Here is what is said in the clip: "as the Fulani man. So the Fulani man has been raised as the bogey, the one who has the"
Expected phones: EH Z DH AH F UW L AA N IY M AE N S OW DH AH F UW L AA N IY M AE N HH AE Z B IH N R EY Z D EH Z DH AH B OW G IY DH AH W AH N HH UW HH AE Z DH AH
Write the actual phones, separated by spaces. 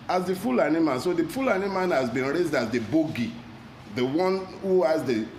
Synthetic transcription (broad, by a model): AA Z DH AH F UW L AA N IY M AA N S OW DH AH F UW L AA N IY M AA N HH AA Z B IH N R EY Z D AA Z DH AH B OW G IY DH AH W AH N HH UW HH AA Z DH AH